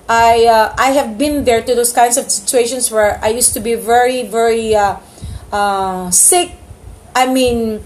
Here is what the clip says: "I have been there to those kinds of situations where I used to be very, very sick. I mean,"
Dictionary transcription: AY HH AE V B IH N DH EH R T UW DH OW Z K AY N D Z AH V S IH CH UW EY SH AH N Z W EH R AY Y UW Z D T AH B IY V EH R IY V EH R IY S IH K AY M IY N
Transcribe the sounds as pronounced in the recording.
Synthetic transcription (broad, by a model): AY HH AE V B IH N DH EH R T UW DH OW S K AY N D S AH V S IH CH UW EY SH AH N S W EH R AY Y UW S T AH B IY V EH R IY V EH R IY S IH K AY M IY N